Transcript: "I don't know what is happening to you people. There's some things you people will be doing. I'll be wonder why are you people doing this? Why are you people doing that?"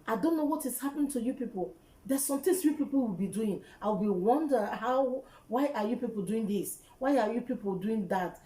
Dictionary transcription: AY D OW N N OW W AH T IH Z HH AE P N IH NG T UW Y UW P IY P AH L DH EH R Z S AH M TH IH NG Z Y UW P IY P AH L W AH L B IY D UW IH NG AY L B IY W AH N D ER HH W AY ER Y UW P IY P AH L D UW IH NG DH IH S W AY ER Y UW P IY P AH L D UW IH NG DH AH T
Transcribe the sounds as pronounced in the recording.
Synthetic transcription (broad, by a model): AY D OW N N OW W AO T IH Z HH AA P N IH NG T UW Y UW P IY P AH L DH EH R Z S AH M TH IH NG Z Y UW P IY P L W AH L B IY D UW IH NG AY W B IY W AH N D ER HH W AY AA Y UW P IY P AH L D UW IH NG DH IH S W AY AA Y UW P IY P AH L D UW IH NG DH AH T